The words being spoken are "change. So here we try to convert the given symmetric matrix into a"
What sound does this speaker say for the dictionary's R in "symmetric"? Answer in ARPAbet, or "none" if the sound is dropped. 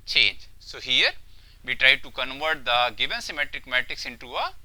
R